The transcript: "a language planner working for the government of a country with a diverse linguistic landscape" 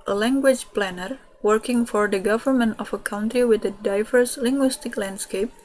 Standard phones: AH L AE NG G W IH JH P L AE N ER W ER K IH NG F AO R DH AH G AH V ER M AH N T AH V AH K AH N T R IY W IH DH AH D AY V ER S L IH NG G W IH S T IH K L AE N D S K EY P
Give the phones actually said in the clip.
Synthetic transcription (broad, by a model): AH L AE NG G W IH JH P L AE N ER W ER K IH NG F AO R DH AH G AH V ER M AH N T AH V AH K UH N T R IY W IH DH AH D AY V ER S L IH NG G W IH S T IH K L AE N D S K EY P